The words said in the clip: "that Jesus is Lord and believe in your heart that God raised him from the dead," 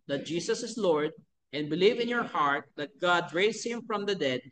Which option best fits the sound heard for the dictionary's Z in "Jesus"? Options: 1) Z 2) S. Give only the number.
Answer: 2